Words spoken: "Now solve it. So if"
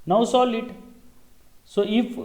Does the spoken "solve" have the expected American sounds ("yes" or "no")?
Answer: no